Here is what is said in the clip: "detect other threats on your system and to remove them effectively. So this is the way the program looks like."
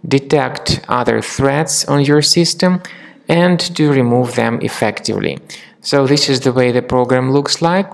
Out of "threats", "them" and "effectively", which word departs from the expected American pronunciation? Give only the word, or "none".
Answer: none